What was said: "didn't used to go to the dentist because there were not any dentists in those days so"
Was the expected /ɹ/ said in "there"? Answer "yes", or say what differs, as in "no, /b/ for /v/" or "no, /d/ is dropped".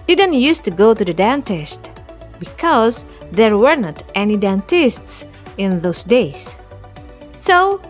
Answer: yes